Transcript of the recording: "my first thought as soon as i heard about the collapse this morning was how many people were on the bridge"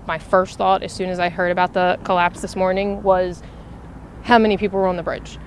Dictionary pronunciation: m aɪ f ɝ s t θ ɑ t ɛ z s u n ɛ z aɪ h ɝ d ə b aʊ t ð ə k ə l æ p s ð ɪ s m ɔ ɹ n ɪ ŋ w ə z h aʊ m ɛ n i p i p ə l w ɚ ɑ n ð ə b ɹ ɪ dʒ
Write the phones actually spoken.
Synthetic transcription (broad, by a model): m aɪ f ɝ s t θ ɑ t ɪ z s u n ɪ z aɪ h ɝ d ə b aʊ t ð ə k ə l æ p s ð ɪ s m ɔ ɹ n ɪ ŋ w ə z h aʊ m ɛ n i p i p l w ɚ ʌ n ð ə b ɹ ɪ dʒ